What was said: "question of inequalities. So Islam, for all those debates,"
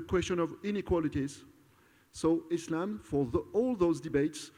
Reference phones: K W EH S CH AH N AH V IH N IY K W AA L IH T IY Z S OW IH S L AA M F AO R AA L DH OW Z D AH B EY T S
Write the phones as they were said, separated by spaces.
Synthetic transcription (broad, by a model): K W EH S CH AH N AH V IH N IY K W AA L IH T IY Z S OW IH S L AA M F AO R AA L DH OW Z D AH B EY T S